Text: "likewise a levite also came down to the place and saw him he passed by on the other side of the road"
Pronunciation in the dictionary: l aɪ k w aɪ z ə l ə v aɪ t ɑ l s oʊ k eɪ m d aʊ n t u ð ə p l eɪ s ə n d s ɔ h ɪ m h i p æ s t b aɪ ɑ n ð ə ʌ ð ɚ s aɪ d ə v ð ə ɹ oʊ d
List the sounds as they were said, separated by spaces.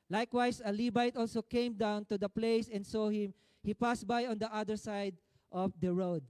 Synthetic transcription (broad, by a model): l aɪ k w aɪ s ə l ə b aɪ t ɑ l s oʊ k eɪ m d aʊ n t u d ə p l eɪ s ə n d s ɔ h ɪ m h i p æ s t b aɪ ɑ n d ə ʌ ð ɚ s aɪ d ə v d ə ɹ oʊ d